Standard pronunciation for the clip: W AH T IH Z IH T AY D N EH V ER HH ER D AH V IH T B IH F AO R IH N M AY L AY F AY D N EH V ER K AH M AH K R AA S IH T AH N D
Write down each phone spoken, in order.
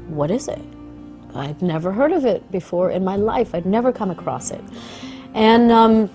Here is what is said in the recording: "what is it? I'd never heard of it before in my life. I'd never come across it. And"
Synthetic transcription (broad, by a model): W AH T IH Z IH T AY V N EH V ER HH ER D AH V IH T B IH F AO R IH N M AY L AY F AY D N EH V ER K AH M AH K R AA S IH T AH N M